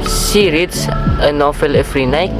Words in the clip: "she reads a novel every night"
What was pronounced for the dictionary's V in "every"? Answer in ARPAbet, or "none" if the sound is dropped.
F